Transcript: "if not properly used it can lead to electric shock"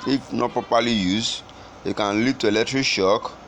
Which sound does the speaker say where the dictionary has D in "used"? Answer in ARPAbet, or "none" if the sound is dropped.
none